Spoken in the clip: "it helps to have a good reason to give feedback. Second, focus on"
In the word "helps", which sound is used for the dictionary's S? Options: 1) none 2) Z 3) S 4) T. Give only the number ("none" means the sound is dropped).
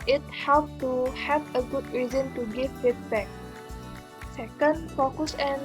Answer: 1